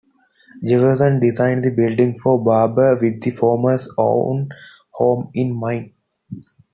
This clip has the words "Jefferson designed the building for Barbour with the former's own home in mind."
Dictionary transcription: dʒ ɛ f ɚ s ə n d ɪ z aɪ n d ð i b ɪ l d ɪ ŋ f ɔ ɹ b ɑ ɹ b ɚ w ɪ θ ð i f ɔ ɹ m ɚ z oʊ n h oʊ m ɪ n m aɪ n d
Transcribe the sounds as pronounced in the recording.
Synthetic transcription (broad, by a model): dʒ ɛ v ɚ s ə n d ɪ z aɪ n d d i b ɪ l d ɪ ŋ f ɔ ɹ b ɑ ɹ b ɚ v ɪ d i f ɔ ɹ m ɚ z oʊ n h oʊ m ɪ n m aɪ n